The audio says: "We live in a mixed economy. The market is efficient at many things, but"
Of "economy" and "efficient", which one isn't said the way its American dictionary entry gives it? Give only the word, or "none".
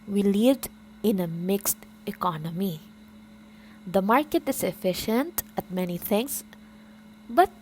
none